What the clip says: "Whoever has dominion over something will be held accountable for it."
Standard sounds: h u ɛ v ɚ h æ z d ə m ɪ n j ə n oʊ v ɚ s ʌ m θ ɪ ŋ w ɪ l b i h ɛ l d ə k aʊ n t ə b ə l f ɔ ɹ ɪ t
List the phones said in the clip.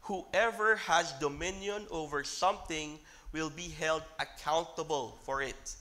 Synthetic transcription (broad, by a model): h u ɛ v ɚ h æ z d ə m ɪ n j ə n oʊ v ɚ s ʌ m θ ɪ ŋ w ɪ l b i h ɛ l d ə k aʊ n t ə b ə l f ɔ ɹ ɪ t